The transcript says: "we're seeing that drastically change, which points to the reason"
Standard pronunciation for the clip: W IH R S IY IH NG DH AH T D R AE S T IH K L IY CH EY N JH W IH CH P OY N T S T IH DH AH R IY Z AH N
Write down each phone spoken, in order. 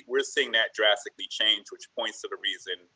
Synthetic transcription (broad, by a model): W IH R S IY IH NG DH AH T D R AE S T IH K L IY CH EY N JH W IH CH P OY N T S T IH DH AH R IY Z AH N